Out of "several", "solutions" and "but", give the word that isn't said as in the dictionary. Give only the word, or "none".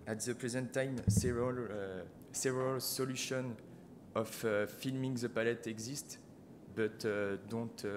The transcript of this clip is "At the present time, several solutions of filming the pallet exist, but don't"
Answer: solutions